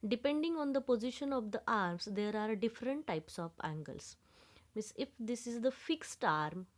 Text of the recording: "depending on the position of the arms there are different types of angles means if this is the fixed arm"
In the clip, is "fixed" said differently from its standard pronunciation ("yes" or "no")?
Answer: no